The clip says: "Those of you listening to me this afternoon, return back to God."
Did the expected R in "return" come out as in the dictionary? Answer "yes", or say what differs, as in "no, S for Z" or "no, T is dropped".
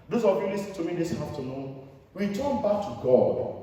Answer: no, W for R